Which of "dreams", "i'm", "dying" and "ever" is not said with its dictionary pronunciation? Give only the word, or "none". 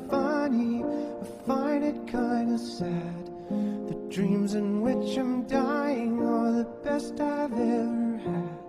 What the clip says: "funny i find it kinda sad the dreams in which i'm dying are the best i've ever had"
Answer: none